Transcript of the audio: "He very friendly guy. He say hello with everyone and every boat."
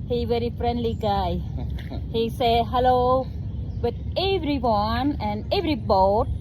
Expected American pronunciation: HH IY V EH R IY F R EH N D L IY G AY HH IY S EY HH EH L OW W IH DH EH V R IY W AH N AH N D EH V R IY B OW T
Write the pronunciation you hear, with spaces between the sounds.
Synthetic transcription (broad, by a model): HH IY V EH R IY F R EH N D L IY G AY HH IY S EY HH EH L OW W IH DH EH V R IY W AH N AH N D EH V R IY B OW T